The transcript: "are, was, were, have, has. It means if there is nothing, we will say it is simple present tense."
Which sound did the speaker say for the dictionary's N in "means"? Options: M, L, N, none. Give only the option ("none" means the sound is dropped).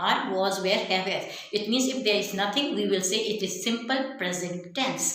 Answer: N